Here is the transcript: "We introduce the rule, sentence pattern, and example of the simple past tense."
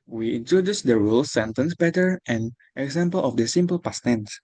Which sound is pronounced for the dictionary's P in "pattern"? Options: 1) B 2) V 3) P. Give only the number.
1